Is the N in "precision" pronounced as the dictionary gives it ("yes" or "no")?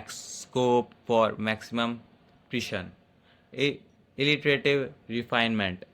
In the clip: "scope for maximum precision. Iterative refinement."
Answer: no